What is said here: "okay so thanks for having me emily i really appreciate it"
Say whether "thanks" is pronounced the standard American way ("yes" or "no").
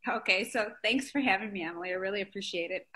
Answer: yes